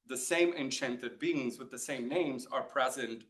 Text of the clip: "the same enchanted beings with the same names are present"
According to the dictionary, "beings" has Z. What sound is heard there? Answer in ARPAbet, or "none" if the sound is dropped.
Z